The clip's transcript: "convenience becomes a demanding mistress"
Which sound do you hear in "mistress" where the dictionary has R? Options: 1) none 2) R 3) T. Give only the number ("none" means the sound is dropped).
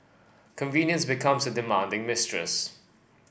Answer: 2